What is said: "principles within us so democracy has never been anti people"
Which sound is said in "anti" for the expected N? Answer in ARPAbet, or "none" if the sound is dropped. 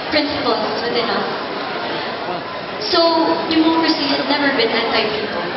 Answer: none